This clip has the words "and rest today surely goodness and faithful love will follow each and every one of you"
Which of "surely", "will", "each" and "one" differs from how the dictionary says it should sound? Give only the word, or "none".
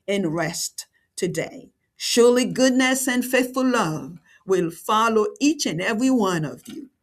none